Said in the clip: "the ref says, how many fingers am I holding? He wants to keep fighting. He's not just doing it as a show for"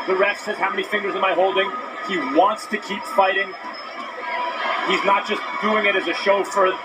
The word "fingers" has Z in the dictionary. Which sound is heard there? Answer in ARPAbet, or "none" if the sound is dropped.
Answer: Z